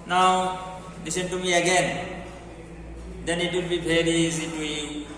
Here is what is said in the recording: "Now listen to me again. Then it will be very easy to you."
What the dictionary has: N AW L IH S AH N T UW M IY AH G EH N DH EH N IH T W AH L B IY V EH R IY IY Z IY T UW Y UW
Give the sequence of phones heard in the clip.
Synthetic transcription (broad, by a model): N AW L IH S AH N T UW M IY AH G EH N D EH N IH T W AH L B IY P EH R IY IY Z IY T UW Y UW